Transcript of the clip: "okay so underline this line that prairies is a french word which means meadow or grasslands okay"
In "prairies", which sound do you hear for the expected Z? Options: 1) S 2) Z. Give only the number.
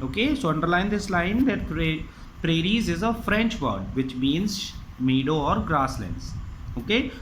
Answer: 2